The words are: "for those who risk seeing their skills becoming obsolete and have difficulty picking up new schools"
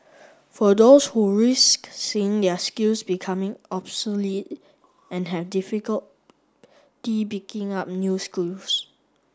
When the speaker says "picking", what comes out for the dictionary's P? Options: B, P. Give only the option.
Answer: B